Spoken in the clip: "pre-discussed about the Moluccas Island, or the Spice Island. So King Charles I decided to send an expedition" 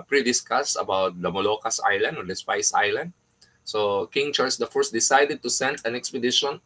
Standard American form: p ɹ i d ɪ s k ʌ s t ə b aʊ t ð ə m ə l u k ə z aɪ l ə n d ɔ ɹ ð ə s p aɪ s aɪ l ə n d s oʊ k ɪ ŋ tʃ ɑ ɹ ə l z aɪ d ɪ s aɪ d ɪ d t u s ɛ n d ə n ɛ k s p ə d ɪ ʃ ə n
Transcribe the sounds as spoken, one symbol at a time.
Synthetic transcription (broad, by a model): p ɹ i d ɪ s k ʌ s ə b aʊ t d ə m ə l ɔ k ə s aɪ l ə n d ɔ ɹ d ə s p aɪ s aɪ l ə n d s oʊ k ɪ ŋ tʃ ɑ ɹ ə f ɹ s d ɪ s aɪ d ɪ d t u s ɛ n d ə n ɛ k s p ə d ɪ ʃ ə n